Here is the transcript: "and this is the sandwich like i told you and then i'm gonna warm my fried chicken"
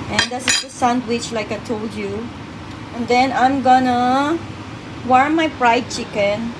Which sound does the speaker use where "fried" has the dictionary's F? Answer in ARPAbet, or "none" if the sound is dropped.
P